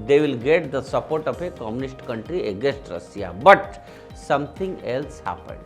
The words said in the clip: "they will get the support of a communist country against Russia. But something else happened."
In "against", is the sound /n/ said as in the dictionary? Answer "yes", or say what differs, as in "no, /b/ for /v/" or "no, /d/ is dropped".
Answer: no, /n/ is dropped